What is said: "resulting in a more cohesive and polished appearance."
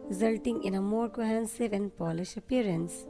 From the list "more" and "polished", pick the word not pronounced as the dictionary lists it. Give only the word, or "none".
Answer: polished